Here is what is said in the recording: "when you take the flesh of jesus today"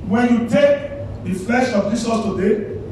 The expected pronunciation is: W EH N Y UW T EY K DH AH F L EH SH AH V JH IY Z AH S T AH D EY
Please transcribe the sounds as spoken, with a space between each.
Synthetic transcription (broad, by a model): W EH N Y UW T EY K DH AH F L EH SH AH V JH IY S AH T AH D EY